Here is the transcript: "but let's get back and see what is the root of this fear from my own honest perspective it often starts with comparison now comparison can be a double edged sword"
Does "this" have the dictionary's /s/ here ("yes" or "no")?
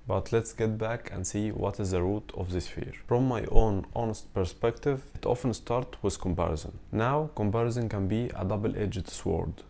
yes